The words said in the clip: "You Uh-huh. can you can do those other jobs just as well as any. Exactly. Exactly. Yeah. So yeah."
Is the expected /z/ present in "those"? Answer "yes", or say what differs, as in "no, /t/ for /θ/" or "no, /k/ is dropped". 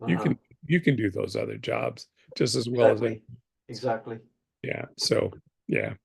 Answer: yes